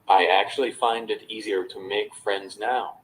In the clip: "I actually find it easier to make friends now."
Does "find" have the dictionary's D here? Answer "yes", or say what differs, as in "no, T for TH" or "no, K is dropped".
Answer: yes